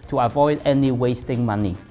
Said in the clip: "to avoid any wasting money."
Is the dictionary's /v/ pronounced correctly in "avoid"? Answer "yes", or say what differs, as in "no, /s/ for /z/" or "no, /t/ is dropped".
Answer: yes